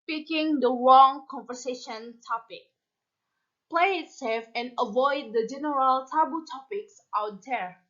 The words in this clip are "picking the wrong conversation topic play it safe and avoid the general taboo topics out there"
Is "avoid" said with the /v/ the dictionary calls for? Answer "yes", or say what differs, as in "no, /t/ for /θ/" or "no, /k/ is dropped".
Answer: yes